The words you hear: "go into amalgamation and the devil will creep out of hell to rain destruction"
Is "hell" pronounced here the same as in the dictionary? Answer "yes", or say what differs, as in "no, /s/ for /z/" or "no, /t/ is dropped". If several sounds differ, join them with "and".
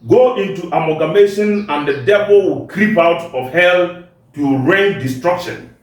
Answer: yes